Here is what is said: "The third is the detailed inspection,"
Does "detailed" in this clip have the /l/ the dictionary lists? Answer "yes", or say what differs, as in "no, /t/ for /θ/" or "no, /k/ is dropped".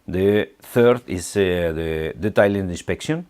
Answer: no, /n/ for /l/